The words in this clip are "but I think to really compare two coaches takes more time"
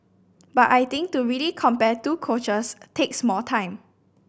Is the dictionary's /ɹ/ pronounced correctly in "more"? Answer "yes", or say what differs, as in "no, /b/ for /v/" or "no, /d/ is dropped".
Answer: no, /l/ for /ɹ/